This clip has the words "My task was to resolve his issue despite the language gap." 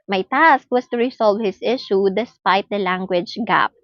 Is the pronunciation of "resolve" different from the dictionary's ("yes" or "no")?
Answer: yes